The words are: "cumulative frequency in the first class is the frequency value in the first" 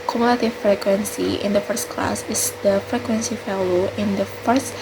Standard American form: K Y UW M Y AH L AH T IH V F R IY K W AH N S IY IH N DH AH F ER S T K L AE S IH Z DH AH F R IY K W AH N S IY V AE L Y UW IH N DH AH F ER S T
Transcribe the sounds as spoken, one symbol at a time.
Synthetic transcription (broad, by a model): K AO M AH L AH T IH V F R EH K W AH N S IY IH N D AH F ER S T K L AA S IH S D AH F R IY K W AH N S IY F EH L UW IH N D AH F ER S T